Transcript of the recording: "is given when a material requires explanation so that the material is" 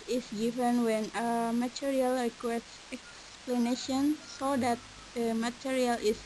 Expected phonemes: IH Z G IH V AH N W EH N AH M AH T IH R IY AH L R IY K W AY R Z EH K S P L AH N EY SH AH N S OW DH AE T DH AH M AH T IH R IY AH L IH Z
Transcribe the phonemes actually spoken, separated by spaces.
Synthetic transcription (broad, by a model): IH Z G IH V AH N W EH N AH M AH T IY R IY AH L R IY K W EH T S EH K S P L AH N EY SH AH N S OW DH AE T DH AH M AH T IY R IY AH L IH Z